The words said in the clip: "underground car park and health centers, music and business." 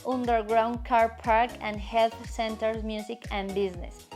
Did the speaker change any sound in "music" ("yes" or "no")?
yes